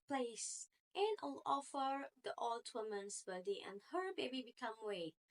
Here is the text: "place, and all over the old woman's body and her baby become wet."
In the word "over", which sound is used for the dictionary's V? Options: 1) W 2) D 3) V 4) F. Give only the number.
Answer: 4